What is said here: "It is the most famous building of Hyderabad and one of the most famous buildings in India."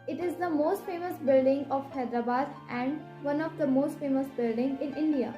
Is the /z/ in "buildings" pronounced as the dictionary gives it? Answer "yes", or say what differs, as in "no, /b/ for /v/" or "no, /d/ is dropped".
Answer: no, /z/ is dropped